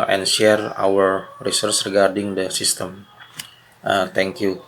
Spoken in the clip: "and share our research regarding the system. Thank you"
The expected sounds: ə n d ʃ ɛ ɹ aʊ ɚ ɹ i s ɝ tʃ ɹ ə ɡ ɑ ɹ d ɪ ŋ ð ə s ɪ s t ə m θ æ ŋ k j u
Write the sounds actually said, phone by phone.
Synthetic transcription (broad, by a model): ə n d ʃ ɛ ɹ aʊ ɚ ɹ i s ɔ s ɹ ə ɡ ɑ ɹ d ɪ ŋ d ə s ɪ s t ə m t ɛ ŋ k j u